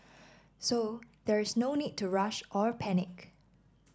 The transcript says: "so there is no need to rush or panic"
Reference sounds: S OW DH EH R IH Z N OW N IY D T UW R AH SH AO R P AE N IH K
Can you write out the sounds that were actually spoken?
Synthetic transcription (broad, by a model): S OW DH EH R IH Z N OW N IY D T UW R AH SH AO R P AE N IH K